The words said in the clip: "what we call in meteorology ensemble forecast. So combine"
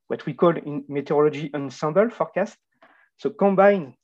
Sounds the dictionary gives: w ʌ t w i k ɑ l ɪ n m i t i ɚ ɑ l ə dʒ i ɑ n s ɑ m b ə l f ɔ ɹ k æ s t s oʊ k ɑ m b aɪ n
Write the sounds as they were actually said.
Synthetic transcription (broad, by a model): w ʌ t w i k ɑ l ɪ n m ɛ t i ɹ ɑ l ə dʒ i ɑ n s ɑ m b ə l f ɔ ɹ k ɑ s t s oʊ k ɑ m b aɪ n